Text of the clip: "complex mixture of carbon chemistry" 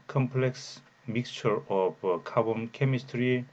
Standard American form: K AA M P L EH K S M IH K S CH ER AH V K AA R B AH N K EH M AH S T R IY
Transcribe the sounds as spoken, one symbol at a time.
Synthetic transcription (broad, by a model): K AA M P L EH K S M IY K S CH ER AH P K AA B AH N K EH M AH S T R IY